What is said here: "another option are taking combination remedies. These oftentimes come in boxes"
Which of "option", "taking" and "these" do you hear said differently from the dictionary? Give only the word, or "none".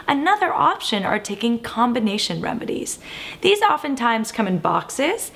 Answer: none